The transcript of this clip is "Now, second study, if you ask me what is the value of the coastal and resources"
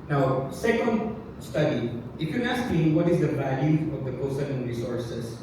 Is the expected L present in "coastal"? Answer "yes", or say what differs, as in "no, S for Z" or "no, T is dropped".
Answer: no, N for L